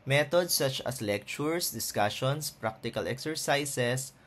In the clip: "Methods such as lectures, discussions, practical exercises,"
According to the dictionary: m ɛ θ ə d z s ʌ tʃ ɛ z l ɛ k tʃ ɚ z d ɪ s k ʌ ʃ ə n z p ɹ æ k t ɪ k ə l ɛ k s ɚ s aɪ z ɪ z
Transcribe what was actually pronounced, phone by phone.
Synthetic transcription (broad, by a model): m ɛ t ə d s ʌ tʃ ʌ s l ɛ k tʃ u s d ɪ s k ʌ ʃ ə n s p ɹ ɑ k t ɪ k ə l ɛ k s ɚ s aɪ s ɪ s